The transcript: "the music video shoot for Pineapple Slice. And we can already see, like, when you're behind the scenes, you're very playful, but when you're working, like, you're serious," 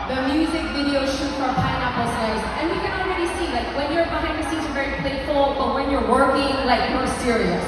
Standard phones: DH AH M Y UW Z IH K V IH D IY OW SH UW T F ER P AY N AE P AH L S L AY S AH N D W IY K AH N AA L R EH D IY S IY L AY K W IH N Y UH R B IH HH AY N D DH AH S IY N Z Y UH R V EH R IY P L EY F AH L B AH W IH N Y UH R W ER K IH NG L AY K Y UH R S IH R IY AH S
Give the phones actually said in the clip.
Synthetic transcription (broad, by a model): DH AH M Y UW Z IH K V IH D IY OW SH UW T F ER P AY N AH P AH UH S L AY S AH N W IY K AH N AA L R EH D IY S IY L AY K W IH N Y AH R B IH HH AY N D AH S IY Z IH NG V EH R IY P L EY F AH L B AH W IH N Y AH R W ER K IH NG L AY K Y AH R S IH R IY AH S